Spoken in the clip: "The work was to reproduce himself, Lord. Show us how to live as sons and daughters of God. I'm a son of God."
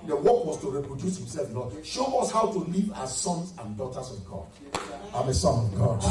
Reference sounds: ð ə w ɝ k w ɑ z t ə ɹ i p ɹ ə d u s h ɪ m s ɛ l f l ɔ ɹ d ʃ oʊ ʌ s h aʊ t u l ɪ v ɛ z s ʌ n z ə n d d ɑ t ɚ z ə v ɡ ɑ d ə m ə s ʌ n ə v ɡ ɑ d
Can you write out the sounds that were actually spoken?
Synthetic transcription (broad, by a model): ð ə w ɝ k w ɑ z t ə ɹ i p ɹ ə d u s h ɪ m s ɛ l f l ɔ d ʃ oʊ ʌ s h aʊ t u l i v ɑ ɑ s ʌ n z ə n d d ɑ t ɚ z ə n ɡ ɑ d ə m ə s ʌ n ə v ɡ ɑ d